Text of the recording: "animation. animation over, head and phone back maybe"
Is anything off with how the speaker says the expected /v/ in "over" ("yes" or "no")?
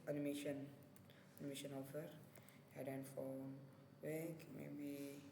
yes